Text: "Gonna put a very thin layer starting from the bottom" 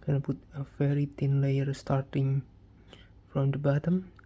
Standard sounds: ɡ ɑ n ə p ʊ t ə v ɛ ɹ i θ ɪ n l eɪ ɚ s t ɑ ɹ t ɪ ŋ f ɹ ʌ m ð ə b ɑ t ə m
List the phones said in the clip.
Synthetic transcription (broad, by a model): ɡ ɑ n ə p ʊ t ə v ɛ ɹ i t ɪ n l eɪ ɚ s t ɑ ɹ t ɪ ŋ f ɹ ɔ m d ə b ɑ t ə m